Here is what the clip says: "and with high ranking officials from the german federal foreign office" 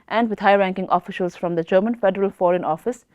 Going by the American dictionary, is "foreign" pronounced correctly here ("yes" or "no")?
yes